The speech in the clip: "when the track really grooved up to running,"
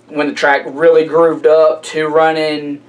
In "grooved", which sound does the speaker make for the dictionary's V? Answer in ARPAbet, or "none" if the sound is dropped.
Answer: V